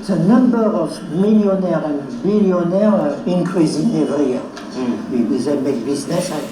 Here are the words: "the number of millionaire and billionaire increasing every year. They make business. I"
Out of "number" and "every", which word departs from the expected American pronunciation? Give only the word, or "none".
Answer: every